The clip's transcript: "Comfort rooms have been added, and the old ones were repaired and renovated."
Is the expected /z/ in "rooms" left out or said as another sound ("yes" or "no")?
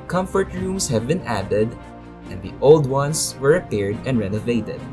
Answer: yes